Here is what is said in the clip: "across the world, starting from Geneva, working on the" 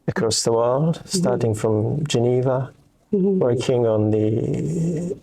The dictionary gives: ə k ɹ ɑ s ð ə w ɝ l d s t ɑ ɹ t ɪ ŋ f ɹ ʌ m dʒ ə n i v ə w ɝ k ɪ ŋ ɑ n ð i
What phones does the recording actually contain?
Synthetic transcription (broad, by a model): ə k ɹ ɑ s ð ə w ɝ l d s t ɑ ɹ t ɪ ŋ f ɹ ʌ m dʒ ə n i v ə w ɝ k ɪ ŋ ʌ n ð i